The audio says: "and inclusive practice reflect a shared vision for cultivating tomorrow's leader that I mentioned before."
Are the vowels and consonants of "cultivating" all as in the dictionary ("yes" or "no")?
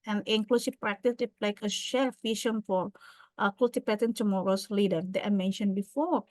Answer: no